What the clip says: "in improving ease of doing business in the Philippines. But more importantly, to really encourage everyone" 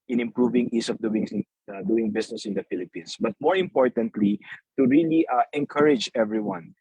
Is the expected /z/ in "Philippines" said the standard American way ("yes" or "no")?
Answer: no